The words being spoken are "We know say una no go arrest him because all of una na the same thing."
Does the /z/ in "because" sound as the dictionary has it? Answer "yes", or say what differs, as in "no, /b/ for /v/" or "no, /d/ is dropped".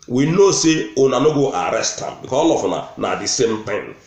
no, /z/ is dropped